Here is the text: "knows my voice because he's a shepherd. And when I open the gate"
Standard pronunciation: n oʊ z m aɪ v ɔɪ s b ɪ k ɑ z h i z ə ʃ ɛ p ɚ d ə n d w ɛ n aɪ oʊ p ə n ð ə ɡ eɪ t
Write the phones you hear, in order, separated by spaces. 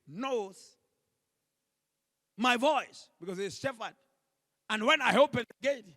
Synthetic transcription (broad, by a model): n oʊ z m aɪ v ɔɪ s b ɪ k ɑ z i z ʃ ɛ f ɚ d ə n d w ɛ n aɪ oʊ p ə n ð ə ɡ eɪ t